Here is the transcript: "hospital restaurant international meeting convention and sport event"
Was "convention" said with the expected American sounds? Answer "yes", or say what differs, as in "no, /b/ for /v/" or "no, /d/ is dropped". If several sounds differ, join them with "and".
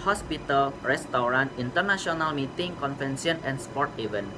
no, /f/ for /v/ and /s/ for /ʃ/